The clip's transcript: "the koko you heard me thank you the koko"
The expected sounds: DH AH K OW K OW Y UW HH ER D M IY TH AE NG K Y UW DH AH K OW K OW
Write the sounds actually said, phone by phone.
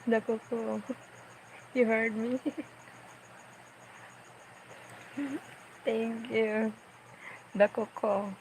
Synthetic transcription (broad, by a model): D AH K OW K OW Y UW HH ER D M IY T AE NG K Y UW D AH K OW K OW